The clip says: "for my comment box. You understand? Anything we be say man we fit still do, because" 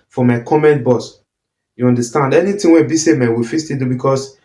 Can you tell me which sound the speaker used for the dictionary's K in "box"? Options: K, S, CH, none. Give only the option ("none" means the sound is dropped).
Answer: none